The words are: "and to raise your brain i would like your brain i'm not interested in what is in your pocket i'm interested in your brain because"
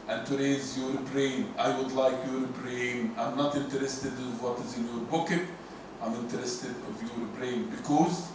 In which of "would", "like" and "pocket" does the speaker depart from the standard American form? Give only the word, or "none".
pocket